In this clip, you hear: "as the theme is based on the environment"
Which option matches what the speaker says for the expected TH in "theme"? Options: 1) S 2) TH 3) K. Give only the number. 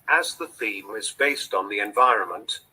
2